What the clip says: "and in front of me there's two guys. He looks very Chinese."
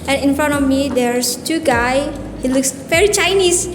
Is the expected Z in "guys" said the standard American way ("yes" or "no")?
no